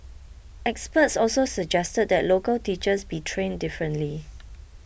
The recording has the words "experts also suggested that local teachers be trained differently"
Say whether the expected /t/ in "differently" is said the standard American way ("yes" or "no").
yes